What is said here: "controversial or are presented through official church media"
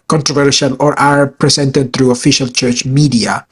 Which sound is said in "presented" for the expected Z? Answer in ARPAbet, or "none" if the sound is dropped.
S